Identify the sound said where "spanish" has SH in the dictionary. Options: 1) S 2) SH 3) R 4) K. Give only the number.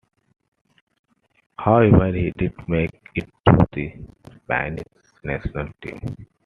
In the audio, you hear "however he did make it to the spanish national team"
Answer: 1